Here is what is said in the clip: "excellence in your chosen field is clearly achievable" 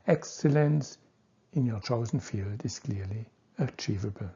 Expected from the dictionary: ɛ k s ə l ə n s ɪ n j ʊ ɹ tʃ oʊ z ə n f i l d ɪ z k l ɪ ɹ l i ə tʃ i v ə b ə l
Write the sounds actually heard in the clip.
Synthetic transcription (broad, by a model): ɛ k s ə l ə n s ɪ n j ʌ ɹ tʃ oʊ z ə n f i l d ɪ z k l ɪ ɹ l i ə tʃ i v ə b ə l